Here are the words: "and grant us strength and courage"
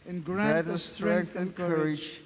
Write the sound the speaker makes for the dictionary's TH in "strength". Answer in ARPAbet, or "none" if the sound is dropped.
T